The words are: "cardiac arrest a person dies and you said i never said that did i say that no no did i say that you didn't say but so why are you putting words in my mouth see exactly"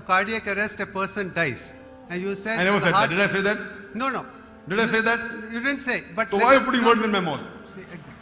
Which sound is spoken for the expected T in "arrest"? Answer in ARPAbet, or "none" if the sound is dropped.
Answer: T